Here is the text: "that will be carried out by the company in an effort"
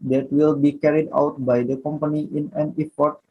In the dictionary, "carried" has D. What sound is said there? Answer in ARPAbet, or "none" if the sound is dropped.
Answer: D